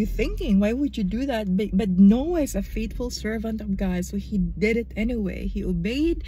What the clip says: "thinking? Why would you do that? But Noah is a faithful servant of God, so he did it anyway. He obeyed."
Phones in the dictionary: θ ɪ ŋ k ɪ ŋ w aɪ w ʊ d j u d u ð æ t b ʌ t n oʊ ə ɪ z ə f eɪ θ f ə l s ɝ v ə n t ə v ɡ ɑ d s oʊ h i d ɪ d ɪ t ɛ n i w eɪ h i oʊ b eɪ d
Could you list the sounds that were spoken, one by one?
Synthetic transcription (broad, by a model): θ ɪ ŋ k ɪ ŋ w aɪ w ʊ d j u d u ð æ t b ʌ t n oʊ ə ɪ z ə f eɪ t f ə l s ɝ v ə n t ə v ɡ ɑ d s oʊ h i d ɪ d ɪ t ɛ n i w eɪ h i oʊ b eɪ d